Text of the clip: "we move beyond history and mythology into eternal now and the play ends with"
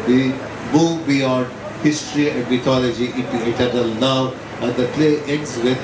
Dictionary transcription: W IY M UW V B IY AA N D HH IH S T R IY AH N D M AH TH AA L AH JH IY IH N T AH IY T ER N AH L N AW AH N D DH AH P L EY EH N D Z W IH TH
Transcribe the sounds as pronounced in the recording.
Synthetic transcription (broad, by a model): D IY M UW V B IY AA N D HH IH S T R IY AH N D M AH T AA L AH JH IY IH T IY T ER N AH L N AW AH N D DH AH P L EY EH N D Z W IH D